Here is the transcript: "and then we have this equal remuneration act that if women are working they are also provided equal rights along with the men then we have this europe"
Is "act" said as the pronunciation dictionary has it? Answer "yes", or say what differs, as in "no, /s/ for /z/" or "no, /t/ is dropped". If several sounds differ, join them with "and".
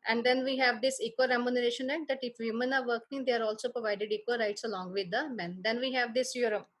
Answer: no, /k/ is dropped